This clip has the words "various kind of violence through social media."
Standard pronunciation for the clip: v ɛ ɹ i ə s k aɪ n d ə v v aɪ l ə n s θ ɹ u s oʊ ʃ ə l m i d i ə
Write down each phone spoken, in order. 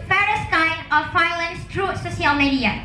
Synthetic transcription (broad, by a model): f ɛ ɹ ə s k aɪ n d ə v f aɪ l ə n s t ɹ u s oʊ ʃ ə l m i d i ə